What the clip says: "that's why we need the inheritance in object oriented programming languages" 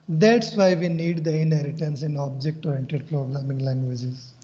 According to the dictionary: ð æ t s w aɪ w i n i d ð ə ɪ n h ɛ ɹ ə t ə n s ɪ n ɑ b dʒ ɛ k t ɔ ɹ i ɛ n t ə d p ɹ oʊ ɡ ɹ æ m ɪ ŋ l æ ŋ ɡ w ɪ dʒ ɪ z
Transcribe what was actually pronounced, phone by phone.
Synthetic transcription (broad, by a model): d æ t s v aɪ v i n i d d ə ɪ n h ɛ ɹ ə t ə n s ɪ n ɑ b dʒ ɛ k t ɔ i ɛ n t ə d p ɹ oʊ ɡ ɹ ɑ m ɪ ŋ l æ ŋ ɡ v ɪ dʒ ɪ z